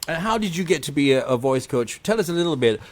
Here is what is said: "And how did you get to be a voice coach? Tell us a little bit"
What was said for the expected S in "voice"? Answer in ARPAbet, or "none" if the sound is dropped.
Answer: S